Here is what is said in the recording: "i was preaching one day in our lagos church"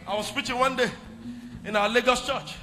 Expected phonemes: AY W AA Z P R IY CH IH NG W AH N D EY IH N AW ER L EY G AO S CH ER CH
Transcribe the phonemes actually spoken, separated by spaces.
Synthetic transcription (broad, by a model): AY W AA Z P IY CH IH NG W AH N D EY IH N AW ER L EY G AO S CH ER CH